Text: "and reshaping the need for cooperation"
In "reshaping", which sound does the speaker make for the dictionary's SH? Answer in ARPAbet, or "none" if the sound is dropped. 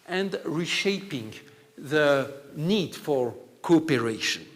SH